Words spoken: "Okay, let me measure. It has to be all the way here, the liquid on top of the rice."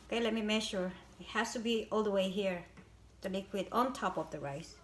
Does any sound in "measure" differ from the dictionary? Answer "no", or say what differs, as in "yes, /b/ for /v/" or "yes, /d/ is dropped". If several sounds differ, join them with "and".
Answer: yes, /ʃ/ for /ʒ/